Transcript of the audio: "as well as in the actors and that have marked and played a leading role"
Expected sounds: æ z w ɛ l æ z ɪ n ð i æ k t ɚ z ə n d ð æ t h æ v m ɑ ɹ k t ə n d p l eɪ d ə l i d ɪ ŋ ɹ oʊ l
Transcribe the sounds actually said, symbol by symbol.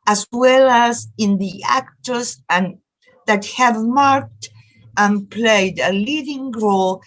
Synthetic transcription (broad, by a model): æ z w ɛ l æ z ɪ n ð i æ k t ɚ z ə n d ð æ t h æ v m ɑ ɹ k t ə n p l eɪ d ə l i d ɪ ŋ ɹ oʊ l